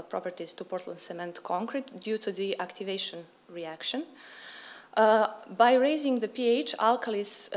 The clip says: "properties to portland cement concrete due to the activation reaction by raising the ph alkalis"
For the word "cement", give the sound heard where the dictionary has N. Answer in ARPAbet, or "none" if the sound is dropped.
N